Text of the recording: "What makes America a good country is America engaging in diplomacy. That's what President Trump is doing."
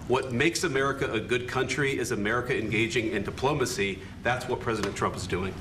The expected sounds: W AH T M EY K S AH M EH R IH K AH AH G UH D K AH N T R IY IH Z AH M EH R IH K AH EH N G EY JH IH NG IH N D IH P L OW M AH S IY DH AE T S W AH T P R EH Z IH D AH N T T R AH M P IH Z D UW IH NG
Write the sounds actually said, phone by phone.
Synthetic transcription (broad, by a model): W AH T M EY K S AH M EH R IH K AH AH G UH D K AH N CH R IY IH Z AH M EH R IH K AH EH N G EY JH IH NG IH N D IH P L OW M AH S IY DH AE T S W AH T P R EH Z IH D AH N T T R AH M P IH Z D UW IH NG